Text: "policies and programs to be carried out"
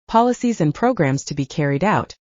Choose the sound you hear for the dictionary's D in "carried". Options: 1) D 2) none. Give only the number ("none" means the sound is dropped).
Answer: 1